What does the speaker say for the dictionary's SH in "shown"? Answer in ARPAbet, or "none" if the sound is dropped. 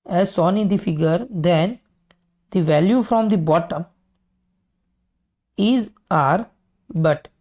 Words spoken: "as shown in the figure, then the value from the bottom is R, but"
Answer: S